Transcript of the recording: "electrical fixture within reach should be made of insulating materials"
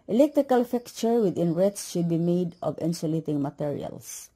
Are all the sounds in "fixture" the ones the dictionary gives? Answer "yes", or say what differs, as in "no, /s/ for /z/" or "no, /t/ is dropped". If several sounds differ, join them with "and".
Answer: no, /s/ is dropped